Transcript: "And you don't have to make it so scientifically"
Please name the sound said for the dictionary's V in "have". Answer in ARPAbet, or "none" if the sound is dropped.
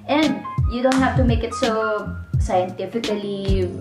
F